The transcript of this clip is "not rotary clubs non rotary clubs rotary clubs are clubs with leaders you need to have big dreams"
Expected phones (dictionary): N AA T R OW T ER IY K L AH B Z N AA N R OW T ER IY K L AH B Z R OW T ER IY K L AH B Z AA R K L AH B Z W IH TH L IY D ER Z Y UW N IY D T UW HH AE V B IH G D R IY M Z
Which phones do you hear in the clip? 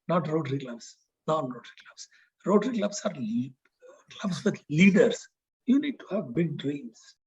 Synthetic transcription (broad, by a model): N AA T R OW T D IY K L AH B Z N AA N R OW T ER IY K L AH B S R OW T ER IY K L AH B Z AA R K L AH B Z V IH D L IY D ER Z Y UW N IY D T UW HH AE V B IH G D R IY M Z